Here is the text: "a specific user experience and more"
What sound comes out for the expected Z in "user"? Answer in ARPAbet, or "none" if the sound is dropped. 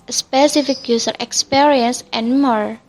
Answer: S